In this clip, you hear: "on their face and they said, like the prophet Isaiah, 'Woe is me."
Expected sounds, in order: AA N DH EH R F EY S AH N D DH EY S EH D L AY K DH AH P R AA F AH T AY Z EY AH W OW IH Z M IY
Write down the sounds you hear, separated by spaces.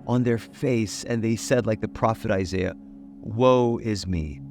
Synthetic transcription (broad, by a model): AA N DH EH R F EY S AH N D DH EY S EH D L AY K DH AH P R AA F AH T AY Z EY AH W OW IH Z M IY